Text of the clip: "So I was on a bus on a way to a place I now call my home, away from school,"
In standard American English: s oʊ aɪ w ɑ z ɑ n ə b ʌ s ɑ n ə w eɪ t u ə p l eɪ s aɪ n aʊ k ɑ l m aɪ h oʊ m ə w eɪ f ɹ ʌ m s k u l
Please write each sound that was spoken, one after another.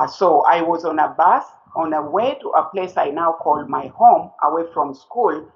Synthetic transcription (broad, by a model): s oʊ aɪ w ɑ z ɑ n ə b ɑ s ɑ n ə w eɪ t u ə p l eɪ s aɪ n aʊ k ɑ l m aɪ h oʊ m ə w eɪ f ɹ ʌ m s k u l